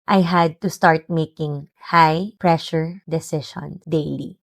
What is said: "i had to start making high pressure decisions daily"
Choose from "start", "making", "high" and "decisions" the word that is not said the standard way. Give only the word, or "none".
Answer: decisions